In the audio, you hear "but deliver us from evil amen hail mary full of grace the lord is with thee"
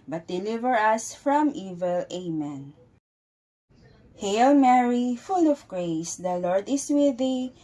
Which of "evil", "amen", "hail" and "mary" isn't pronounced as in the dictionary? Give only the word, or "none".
none